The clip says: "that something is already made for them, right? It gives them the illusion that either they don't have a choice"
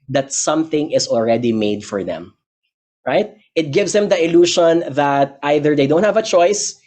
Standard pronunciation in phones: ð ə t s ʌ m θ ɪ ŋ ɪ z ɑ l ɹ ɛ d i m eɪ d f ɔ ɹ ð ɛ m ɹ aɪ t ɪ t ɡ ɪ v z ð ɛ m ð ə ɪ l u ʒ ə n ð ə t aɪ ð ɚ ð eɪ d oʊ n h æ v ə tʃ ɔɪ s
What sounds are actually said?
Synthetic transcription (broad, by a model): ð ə t s ʌ m θ ɪ ŋ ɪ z ɑ l ɹ ɛ d i m eɪ d f ɔ ɹ ð ɛ m ɹ aɪ t ɪ t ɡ ɪ v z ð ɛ m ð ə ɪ l u ʃ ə n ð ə t aɪ ð ɚ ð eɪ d oʊ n h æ v ə tʃ ɔɪ s